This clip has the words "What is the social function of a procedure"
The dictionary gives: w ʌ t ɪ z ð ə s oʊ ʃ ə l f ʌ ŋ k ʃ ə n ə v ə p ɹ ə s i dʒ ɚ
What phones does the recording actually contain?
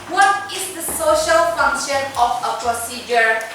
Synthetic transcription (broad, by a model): w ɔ t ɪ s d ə s oʊ ʃ ə l f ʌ ŋ k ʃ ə n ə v ə p ɹ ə s i dʒ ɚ